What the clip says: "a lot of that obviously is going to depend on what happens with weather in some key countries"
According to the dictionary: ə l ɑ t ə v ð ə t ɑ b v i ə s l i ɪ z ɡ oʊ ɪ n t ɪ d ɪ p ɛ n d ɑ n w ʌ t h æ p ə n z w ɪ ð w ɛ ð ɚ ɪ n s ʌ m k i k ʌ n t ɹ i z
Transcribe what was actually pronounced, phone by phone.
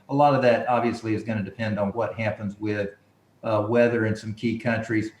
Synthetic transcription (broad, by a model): ə l ɑ t ə v ð ə t ɑ b v i ə s l i ɪ z ɡ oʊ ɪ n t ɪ d ɪ p ɛ n d n w ʌ t h æ p ə n z w ɪ ð w ɛ ð ɚ ɪ n s ʌ m k i k ʌ n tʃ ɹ i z